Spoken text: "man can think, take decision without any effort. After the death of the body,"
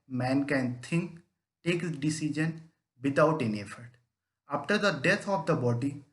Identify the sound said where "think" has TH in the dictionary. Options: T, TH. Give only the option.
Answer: T